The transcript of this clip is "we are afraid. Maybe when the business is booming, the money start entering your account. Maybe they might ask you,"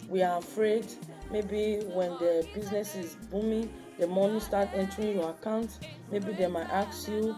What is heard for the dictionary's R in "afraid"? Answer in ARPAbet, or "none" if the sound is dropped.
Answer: R